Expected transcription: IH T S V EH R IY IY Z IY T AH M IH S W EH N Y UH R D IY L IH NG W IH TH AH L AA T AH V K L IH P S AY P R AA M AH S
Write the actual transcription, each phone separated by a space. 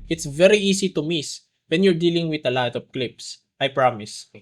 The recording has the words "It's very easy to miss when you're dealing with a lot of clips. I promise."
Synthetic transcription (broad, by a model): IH T S V EH R IY IY S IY T AH M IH S W EH N Y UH R D IY L IH NG W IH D AH L AA T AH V K L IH P S AY P R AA M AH S